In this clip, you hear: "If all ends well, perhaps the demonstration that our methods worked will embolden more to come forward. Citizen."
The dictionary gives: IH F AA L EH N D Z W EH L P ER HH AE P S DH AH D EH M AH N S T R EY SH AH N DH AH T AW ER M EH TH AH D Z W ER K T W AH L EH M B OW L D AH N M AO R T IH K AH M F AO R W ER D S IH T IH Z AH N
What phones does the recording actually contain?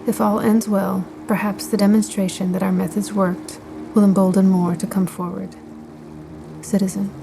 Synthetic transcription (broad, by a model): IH F AA L EH N D Z W EH L P ER HH AE P S DH AH D EH M AH N S T R EY SH AH N DH AH T AW ER M EH TH AH D Z W ER K T W AH L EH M B OW L D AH N M AO R T IH K AH M F AO R W ER D S IH T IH Z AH N